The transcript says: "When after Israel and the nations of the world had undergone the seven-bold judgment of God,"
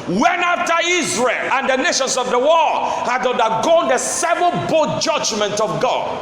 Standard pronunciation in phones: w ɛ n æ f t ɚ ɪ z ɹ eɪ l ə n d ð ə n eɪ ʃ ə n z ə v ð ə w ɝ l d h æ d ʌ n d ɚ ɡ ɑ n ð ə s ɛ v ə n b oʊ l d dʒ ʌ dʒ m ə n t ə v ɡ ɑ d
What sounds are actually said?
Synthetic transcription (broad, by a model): w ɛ n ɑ f t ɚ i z ɹ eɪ l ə n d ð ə n eɪ ʃ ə n s ə v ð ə w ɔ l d h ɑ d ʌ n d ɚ ɡ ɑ n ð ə s ɛ v ə n b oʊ dʒ ʌ dʒ m ə n t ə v ɡ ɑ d